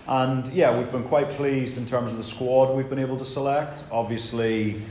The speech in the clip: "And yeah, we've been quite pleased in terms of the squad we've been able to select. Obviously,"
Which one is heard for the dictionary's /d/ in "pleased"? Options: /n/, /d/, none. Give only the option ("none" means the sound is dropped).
/d/